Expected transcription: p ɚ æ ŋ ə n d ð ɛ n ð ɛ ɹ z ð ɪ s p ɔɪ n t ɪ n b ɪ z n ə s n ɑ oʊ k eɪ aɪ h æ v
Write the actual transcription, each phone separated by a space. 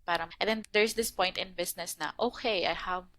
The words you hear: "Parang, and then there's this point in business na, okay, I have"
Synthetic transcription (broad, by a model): p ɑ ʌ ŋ ə n d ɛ n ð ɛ ɹ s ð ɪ s p ɔɪ n t ɪ n b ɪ s n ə s n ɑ oʊ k eɪ aɪ h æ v